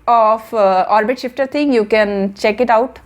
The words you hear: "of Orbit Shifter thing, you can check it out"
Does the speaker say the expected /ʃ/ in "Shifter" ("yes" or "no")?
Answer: yes